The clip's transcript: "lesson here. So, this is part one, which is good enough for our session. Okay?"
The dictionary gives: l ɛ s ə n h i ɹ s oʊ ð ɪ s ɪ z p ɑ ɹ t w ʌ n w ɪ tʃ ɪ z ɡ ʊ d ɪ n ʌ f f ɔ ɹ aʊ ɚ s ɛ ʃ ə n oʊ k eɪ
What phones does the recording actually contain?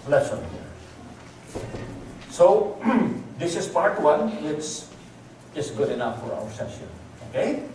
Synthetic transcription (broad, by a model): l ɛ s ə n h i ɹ s oʊ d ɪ s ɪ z p ɑ ɹ t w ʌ n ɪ s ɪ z ɡ ʊ d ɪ n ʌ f f ɔ ɹ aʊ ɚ s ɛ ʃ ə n oʊ k eɪ